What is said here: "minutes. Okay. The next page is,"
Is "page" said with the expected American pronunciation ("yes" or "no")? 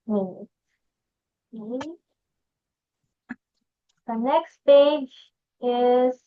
yes